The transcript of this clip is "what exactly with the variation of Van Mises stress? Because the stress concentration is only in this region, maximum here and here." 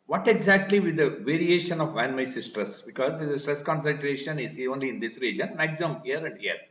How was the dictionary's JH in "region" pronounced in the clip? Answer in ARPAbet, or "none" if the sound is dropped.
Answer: JH